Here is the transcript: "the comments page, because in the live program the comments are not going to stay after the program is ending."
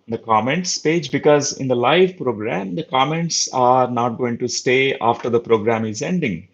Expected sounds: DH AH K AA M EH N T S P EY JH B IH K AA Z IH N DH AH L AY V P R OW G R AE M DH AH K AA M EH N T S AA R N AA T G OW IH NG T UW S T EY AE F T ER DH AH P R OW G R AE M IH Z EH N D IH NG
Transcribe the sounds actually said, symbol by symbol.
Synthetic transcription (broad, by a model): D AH K AA M EH N T S P EY JH B IH K AA Z IH N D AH L AY V P R OW G R AE M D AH K AA M EH N T S AA R N AA T G OW IH NG T UW S T EY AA F T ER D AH P R OW G R AE M IH Z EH N D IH NG